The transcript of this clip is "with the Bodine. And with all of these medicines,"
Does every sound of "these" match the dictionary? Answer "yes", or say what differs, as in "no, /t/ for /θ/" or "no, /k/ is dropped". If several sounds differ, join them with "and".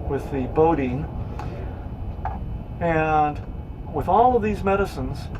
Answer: yes